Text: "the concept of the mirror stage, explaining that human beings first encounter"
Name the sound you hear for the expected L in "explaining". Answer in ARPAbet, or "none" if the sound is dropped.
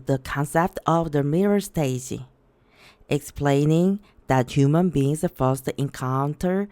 L